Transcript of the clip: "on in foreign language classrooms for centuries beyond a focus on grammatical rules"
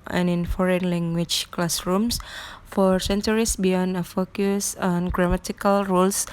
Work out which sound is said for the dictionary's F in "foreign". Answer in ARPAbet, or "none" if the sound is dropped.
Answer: F